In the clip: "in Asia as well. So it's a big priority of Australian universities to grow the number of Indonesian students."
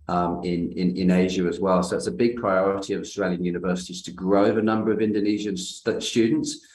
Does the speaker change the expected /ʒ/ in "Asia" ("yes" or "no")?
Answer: no